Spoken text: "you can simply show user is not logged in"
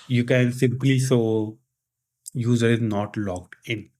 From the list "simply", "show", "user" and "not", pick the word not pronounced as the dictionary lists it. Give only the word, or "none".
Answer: show